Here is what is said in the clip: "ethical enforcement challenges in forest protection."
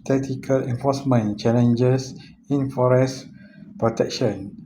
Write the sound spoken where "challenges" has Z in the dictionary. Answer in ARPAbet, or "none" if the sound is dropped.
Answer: S